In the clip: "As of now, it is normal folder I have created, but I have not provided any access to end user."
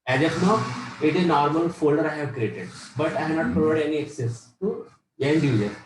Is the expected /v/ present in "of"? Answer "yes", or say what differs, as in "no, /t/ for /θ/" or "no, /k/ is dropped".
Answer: no, /p/ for /v/